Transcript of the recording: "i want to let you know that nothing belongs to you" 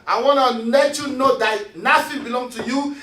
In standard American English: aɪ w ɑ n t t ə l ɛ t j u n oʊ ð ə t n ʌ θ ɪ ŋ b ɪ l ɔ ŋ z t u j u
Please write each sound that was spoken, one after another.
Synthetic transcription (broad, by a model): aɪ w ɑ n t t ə n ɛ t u n oʊ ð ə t n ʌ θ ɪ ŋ b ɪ l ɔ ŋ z t u j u